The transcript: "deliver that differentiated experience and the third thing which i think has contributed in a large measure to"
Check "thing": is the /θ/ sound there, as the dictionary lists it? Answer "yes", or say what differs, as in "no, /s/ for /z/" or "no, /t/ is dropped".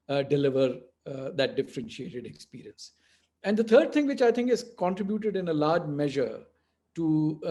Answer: no, /t/ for /θ/